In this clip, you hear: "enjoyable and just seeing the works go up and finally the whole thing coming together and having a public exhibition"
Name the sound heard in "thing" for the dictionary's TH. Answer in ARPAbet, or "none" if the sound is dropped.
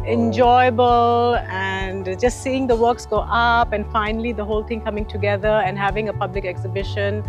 T